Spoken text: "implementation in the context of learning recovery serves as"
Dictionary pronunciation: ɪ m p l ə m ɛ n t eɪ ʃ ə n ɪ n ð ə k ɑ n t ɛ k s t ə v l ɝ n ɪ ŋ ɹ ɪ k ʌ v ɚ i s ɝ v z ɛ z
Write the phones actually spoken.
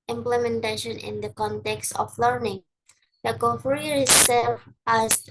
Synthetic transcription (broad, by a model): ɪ m p l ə m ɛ n t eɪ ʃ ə n ɪ n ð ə k ɑ n t ɛ k s t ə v l ɝ n ɪ ŋ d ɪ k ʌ f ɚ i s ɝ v ɑ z